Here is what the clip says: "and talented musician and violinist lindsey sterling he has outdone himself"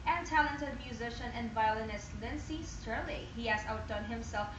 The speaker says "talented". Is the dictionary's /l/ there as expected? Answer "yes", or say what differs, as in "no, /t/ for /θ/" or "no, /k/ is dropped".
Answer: yes